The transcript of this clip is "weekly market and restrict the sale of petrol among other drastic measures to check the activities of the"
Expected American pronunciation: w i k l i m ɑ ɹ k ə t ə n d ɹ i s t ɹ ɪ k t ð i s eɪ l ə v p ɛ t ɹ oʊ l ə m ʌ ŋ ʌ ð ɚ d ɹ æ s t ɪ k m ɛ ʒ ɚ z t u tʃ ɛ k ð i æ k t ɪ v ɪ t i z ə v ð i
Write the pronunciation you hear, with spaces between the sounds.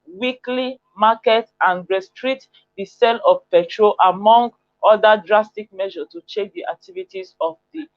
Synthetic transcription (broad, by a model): w i k l i m ɑ k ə t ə n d ɹ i s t ɹ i t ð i s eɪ l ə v p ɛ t ɹ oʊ l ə m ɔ ŋ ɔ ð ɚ d ɹ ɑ s t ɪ k m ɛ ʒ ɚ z t u tʃ ɛ k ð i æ k t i v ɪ t i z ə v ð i